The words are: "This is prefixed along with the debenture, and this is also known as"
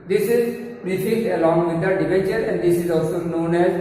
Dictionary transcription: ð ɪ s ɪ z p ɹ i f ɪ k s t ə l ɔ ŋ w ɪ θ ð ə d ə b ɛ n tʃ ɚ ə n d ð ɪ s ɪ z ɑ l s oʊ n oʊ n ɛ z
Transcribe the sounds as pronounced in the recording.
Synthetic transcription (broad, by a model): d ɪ s ɪ z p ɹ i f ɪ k t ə l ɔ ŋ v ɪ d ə d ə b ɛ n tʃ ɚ ə n d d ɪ s ɪ z ɑ l s oʊ n oʊ n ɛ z